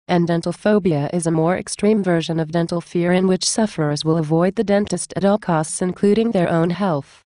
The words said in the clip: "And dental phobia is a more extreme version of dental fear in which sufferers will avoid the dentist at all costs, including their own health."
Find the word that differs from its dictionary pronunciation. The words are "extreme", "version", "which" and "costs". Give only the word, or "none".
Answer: none